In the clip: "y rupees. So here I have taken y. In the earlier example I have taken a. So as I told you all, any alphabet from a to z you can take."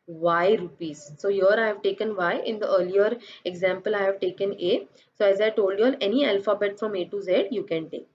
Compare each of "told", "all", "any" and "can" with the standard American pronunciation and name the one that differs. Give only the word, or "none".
all